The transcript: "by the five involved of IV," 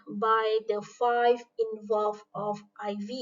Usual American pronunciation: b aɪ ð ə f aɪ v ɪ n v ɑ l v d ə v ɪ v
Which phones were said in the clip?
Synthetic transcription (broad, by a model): b aɪ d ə f aɪ v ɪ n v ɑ l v ə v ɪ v